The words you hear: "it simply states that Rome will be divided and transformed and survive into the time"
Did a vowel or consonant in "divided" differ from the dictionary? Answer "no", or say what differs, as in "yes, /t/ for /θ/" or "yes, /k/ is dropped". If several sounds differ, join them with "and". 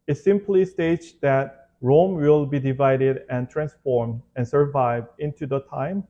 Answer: no